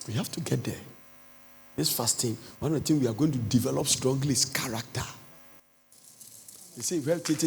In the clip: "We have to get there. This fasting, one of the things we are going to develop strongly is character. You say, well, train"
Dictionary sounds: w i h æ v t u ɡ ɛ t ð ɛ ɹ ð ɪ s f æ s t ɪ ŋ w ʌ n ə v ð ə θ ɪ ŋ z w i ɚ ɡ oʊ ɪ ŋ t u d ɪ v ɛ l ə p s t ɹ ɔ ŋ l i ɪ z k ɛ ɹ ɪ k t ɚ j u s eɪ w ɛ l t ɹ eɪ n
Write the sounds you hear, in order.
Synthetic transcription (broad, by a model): w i h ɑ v t u ɡ ɛ t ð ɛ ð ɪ s f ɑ s t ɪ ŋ w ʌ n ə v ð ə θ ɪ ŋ w i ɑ ɡ oʊ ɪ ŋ t u d ɪ v ɛ l ə p s t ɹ ɔ ŋ l i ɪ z k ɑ ɹ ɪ k t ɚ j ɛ s eɪ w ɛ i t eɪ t